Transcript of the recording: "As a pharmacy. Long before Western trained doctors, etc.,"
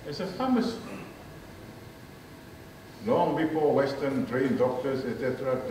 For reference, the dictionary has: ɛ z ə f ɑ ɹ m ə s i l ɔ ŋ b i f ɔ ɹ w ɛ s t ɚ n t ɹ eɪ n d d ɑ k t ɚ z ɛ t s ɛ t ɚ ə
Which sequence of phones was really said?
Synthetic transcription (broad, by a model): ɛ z ə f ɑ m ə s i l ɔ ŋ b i p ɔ l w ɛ s t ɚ n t ɹ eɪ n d d ɑ k t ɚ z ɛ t s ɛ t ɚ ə